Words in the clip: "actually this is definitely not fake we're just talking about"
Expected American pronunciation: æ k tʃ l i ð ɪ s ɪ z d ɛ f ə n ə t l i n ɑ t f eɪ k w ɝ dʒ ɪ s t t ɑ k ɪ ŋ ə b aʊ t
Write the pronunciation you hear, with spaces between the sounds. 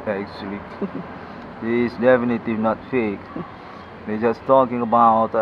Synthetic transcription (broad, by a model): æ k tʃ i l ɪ ɪ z d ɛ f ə n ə t i n ɑ t f eɪ k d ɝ dʒ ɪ s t t ɑ k ɪ ŋ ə b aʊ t